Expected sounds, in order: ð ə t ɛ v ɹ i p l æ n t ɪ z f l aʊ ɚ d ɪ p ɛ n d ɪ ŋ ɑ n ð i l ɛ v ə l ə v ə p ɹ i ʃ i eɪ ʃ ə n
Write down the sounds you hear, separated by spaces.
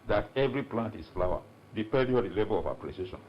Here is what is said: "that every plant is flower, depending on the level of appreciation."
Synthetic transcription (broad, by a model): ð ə t ɛ v ɹ i p l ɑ n t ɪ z f l aʊ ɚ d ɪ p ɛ d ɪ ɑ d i l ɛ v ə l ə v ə p ɹ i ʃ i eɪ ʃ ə n